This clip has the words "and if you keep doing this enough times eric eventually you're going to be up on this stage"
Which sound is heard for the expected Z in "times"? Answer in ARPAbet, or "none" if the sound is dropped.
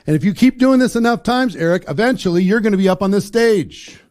Z